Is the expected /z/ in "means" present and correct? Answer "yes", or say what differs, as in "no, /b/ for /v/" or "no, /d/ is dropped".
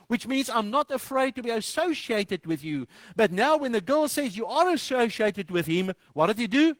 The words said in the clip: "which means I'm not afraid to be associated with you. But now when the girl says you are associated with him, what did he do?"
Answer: yes